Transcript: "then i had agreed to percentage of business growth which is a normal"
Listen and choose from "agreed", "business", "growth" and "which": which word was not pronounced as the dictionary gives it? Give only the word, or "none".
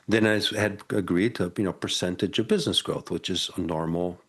none